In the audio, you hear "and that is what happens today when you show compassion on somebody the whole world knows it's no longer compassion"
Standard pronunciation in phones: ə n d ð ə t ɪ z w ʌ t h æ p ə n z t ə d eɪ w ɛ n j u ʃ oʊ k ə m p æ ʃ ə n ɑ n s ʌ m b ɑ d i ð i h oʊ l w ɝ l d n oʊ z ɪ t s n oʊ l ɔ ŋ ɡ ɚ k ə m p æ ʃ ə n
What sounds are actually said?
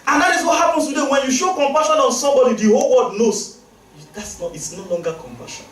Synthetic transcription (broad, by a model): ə n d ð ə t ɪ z w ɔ t h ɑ p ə n s t ə d eɪ w ɛ n j u ʃ oʊ k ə m p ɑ ʃ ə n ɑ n s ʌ m b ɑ d i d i h oʊ l w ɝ d n oʊ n ɪ t s n oʊ l ɔ ŋ ɡ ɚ k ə m p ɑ ʃ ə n